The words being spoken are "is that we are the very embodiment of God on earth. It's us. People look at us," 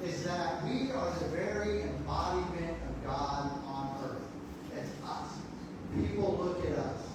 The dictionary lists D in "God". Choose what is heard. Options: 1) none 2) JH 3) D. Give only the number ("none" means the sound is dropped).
3